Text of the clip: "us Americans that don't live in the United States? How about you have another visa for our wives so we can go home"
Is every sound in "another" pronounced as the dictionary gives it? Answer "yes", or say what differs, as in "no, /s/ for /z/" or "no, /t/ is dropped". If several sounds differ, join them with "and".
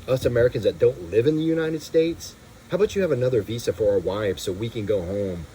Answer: yes